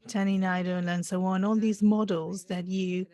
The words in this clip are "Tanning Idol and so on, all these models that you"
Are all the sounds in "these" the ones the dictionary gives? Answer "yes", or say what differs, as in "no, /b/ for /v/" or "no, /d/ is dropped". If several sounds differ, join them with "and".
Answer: yes